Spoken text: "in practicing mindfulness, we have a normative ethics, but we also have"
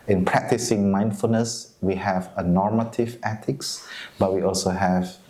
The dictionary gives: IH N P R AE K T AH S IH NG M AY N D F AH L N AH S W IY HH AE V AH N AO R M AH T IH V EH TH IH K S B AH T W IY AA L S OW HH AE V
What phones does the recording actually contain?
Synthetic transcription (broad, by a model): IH N P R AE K T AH S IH NG M AY N D F AH L N AH S W IY HH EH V AH N AO R M AH T IH V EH T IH K S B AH T W IY AA L S OW HH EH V